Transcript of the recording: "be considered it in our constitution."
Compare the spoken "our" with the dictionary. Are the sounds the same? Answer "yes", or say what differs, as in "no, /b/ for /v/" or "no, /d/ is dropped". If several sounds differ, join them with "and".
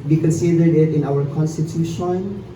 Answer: no, /w/ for /ɹ/